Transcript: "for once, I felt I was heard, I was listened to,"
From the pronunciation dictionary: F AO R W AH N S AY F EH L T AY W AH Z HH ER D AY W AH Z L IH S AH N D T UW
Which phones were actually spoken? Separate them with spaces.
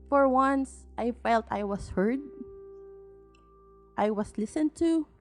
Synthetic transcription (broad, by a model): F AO R W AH N S AY F EH L T AY W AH S HH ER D AY W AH S L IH S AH N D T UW